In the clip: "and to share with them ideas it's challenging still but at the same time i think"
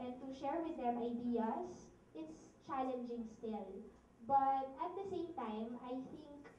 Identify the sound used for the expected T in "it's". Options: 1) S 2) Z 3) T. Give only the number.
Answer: 3